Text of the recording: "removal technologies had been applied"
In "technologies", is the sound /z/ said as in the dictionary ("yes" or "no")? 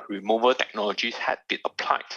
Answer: no